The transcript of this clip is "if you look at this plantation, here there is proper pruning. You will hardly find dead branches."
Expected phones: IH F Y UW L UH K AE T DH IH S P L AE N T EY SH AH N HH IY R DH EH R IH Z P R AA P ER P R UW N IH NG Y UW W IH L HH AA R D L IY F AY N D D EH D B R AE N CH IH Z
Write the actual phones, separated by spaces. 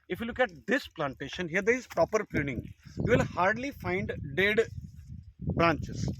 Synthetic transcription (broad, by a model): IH F Y UW L UH K AE T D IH S P L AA N T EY SH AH N HH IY R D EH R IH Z P R AA P ER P UW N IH NG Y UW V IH L HH AA R D L IY F AY N D D EH D B R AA N CH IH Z